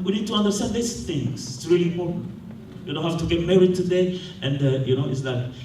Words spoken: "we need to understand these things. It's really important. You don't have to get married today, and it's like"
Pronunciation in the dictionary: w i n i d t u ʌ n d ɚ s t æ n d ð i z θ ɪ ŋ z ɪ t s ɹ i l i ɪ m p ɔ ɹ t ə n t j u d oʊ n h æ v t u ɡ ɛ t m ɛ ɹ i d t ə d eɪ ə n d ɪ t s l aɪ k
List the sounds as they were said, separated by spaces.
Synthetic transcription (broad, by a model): w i n i d t u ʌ n d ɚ s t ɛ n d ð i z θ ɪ ŋ s ɪ t s ɹ i l i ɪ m p ɔ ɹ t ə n j u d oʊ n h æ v t u ɡ ɛ t m ɛ ɹ i d t ə d eɪ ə n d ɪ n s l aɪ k